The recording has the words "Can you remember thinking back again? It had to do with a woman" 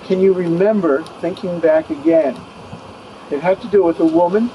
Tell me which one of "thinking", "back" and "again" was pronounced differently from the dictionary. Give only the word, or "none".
none